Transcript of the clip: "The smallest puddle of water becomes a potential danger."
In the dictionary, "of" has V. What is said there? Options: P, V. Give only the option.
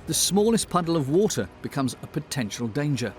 V